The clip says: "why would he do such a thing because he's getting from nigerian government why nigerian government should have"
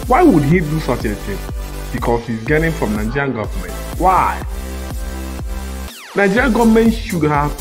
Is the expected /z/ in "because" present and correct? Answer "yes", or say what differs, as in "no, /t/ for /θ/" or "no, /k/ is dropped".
no, /s/ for /z/